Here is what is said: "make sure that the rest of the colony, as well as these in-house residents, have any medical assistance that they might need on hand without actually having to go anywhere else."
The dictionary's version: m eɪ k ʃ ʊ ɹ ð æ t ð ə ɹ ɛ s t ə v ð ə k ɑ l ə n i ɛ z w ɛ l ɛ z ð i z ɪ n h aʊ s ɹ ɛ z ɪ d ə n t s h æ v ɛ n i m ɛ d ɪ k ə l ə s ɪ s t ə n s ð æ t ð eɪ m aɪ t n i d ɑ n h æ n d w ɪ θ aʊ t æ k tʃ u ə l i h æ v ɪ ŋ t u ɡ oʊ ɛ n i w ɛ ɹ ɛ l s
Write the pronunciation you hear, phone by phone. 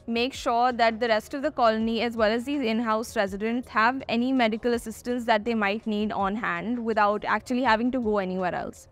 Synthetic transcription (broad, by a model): m eɪ k ʃ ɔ ɹ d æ t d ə ɹ ɛ s t ə v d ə k ɑ l ə n i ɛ z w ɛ l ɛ z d i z ɪ n h aʊ s ɹ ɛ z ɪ d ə n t s h æ v ɛ n i m ɛ d ɪ k ə l ə s ɪ s t ə n s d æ t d eɪ m aɪ t n i d ɑ n h æ n d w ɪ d aʊ t æ k tʃ u ə l i h æ v ɪ ŋ t u ɡ oʊ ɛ n i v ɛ ɹ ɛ l s